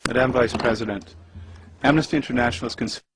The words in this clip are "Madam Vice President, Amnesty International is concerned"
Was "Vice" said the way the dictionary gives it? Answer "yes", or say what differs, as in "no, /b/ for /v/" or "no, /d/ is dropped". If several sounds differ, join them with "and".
yes